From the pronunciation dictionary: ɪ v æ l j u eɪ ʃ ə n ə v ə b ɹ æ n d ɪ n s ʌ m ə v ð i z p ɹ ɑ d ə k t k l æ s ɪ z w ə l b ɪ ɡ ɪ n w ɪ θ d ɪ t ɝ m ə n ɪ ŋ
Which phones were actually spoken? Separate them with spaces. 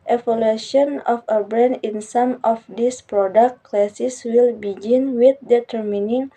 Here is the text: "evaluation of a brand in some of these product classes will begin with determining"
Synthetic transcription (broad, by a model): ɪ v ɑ l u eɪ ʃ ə n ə f ə b ɹ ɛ n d ɪ n s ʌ m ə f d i s p ɹ ɑ d ə k t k l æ s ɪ s w ə l b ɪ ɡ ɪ n w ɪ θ d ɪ t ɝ m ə n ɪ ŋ